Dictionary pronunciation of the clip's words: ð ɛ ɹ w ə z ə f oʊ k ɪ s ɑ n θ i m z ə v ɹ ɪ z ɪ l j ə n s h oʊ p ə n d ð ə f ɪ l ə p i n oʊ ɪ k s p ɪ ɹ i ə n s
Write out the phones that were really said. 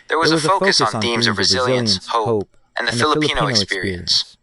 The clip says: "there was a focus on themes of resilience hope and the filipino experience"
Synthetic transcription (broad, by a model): ð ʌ ɹ w ə z ə f oʊ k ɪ s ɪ n θ i m z ə v ɹ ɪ z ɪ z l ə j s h oʊ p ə n ð ə f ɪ l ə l i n oʊ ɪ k s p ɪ ɹ i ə n s